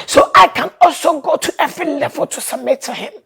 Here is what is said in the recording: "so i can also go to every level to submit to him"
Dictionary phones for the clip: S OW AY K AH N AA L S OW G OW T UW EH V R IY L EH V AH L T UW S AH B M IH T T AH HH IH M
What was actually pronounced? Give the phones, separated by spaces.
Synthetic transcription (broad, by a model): S OW AY K AH N AA L S OW G OW T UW EH V R IY L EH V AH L T UW S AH M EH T T AH HH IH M